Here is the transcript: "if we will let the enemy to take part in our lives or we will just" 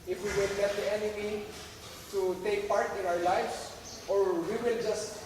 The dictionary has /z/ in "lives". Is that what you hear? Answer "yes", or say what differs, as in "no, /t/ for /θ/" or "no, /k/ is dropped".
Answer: no, /s/ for /z/